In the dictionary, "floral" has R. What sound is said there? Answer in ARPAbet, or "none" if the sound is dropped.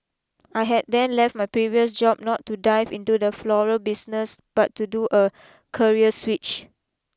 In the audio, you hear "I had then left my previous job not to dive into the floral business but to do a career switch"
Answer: R